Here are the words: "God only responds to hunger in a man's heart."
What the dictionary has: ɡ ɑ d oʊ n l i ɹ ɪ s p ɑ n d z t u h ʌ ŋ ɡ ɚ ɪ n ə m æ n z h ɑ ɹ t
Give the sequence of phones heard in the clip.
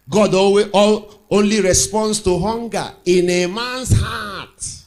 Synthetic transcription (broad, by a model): ɡ ɑ d oʊ n l i ɹ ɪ s p ɑ n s t u h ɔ ŋ ɡ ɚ ɪ n ə m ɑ n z h ɑ t